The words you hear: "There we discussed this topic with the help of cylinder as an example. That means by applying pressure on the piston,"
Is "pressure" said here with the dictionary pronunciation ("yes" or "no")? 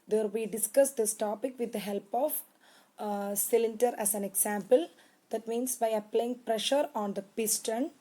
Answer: yes